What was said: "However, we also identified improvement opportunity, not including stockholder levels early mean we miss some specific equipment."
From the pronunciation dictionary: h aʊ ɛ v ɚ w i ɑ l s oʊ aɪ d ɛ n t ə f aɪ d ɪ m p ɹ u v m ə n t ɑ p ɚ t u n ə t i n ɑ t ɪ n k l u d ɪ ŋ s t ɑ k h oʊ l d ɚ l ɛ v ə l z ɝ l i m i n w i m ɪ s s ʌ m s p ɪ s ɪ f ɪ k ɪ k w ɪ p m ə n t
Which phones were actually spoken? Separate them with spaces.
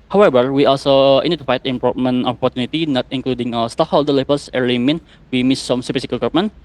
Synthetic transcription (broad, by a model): h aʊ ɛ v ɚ w i ɑ l s oʊ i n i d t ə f aɪ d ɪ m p ɹ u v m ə n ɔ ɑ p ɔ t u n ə t i n ɑ t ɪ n k l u d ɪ ŋ s t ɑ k h oʊ l d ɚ l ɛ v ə l s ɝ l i m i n w i m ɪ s s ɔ m s ɪ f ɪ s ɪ k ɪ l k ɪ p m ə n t